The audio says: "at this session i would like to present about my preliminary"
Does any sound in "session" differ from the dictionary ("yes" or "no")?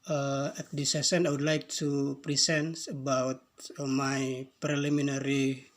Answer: yes